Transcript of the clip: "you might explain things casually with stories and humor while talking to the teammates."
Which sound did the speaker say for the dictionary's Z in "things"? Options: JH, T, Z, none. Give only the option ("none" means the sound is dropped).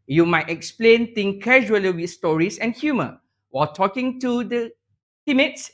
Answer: none